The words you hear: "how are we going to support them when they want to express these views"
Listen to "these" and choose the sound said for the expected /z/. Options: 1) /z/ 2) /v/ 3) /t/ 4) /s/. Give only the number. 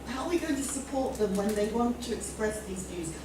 1